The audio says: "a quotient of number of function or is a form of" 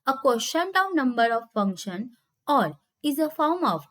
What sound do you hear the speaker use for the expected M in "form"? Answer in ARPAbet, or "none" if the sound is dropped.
M